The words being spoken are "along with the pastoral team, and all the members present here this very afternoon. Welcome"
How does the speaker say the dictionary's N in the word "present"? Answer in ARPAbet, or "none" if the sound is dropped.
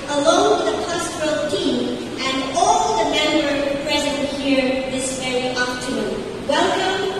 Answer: none